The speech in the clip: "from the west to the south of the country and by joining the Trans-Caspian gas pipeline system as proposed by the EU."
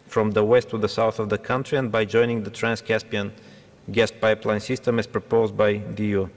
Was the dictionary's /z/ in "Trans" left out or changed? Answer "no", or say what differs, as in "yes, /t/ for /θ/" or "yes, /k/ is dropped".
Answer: yes, /s/ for /z/